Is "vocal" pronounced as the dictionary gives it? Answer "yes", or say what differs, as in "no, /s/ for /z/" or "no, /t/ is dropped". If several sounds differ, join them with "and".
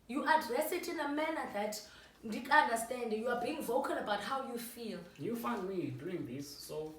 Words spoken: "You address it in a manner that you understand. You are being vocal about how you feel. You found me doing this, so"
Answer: no, /n/ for /l/